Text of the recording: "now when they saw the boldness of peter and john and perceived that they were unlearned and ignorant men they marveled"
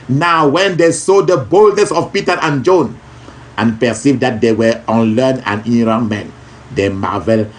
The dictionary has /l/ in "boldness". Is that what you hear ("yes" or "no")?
yes